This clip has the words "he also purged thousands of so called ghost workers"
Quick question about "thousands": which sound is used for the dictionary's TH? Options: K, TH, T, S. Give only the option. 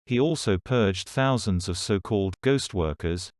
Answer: TH